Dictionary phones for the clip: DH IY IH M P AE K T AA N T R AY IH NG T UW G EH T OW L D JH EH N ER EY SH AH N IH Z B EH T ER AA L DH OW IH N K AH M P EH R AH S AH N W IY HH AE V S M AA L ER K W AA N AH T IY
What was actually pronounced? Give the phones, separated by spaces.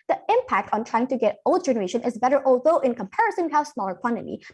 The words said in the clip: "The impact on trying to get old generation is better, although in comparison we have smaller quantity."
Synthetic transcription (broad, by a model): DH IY IH M P AE K T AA N T R AY IH NG T UW G EH T OW L D JH EH N ER EY SH AH N IH Z B EH T ER AA L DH OW IH N K AH M P EH R AH S AH N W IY HH AE V S M AA L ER K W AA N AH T IY